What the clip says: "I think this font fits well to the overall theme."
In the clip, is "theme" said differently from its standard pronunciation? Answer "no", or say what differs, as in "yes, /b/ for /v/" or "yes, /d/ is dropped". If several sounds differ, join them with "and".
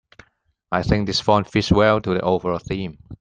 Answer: no